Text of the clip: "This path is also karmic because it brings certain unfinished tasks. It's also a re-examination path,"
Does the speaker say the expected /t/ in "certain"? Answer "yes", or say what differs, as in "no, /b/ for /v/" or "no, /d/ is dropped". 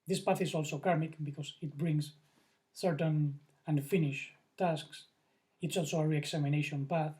yes